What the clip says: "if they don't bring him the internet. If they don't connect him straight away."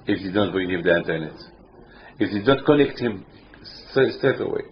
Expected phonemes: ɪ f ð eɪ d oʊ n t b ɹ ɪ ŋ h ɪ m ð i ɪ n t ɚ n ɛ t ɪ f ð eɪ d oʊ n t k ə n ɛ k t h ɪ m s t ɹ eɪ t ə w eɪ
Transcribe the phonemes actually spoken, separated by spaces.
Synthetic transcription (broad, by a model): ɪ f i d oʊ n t b ɹ ɪ ŋ h ɪ m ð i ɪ n t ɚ n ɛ t ɪ f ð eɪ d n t k ə n ɛ k t h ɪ m s t ɹ eɪ t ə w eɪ